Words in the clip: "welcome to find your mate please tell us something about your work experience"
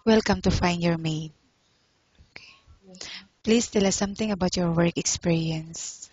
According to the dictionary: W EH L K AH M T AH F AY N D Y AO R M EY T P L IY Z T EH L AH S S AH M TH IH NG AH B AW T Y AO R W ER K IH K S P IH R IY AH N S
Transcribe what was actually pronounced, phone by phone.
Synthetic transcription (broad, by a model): W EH L K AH M T AH F AY N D Y AO R M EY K P L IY S T EH L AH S S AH M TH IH NG AH B AW T Y AO R W ER K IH K S P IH R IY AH N S